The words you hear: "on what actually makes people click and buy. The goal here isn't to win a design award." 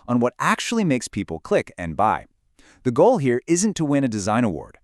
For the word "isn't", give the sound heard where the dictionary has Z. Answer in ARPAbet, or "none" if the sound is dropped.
Z